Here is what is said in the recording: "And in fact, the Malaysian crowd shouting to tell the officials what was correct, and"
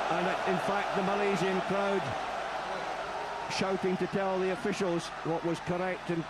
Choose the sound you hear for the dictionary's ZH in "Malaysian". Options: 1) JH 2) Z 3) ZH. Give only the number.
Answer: 2